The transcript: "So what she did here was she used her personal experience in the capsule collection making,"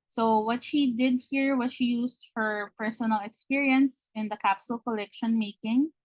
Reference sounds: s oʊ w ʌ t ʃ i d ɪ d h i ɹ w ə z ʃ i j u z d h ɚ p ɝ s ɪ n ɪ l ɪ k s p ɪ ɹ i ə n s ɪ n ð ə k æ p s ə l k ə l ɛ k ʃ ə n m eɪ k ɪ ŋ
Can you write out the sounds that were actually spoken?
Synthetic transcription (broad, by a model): s oʊ w ʌ t ʃ i d ɪ d h i ɹ w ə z ʃ i j u s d h ɚ p ɝ s ɪ n ɪ l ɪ k s p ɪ ɹ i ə n s ɪ n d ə k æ p s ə l k ə l ɛ k ʃ ə n m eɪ k ɪ ŋ